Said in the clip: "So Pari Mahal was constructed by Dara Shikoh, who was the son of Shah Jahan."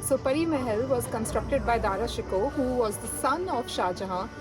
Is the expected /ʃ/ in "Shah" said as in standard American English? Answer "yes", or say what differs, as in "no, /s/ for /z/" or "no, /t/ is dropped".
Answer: yes